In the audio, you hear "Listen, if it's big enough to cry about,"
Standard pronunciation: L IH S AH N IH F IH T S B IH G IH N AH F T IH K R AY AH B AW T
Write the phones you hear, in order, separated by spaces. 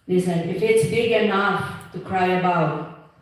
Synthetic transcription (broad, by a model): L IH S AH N IH F IH T S B IH G IH N AH F T IH K R AY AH B AW T